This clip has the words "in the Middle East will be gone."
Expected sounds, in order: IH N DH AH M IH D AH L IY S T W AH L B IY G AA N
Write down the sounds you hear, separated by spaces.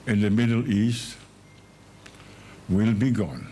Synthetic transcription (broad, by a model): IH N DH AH M IH D AH L IY S T W AH L B IY G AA N